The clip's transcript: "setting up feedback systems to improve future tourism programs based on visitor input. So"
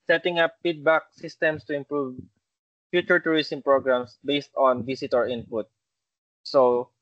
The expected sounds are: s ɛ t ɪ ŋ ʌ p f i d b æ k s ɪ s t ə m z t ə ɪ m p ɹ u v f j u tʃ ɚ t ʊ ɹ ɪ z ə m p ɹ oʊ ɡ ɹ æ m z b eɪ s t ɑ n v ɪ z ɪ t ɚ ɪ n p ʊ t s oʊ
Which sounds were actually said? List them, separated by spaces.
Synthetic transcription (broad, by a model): s ɛ t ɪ ŋ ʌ p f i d b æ k s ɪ s t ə m s t ə ɪ m p ɹ u v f j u tʃ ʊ t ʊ ɹ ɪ s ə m p ɹ oʊ ɡ ɹ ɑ m s b eɪ s t ɑ n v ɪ s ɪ t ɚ ɪ n p ʊ t s oʊ